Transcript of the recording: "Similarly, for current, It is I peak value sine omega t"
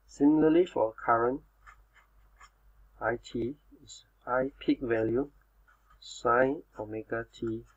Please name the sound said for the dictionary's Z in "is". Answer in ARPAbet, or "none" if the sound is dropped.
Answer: S